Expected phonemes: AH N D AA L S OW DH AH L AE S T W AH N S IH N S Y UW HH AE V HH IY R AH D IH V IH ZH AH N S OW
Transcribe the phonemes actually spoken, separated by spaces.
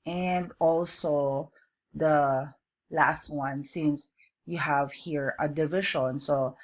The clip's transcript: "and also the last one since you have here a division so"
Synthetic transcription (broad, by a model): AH N D AA L S OW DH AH L AE S T W AH N S IH N S Y UW HH AE V HH IY R AH D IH V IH SH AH N S OW